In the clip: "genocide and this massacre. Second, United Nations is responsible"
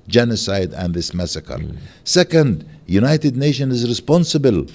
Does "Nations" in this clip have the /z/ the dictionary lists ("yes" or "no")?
no